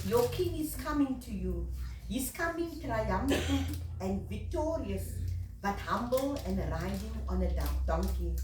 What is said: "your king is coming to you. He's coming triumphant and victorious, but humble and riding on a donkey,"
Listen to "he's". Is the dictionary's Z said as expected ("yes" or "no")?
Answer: no